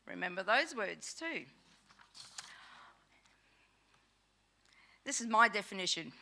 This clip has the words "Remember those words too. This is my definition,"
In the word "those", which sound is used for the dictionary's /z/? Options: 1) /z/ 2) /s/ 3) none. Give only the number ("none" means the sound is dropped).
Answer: 1